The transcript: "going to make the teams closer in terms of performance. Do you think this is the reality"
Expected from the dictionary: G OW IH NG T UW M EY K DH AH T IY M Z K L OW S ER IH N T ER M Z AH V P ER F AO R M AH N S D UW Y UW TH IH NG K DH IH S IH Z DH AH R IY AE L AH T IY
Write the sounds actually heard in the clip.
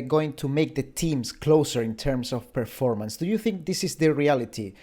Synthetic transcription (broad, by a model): G OW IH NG T UW M EY K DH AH T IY M S K L OW S ER IH N T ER M S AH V P ER F AO R M AH N S D UW Y UW TH IH NG K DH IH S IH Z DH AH R IY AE L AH T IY